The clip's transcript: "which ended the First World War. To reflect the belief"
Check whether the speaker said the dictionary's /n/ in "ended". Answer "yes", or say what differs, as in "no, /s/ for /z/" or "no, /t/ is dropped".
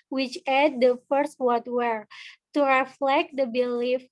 no, /n/ is dropped